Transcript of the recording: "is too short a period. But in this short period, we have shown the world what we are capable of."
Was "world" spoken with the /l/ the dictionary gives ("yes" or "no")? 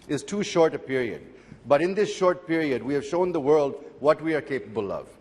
yes